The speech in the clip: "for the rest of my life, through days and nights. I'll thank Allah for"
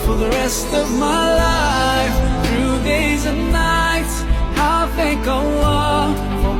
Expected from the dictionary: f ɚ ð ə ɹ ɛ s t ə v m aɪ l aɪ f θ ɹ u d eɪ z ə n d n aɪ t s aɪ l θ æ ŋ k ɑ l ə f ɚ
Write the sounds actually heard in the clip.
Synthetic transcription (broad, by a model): f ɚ ð ə ɹ ɛ s t ə v m aɪ l aɪ f θ ɹ u d eɪ z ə n n aɪ t s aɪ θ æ ŋ k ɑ w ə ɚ